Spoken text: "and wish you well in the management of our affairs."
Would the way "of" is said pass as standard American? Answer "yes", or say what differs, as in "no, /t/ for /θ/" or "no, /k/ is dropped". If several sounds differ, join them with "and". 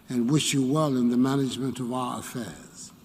yes